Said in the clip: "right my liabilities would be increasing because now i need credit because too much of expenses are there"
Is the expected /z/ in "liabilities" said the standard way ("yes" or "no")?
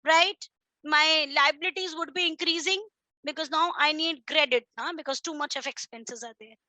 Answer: yes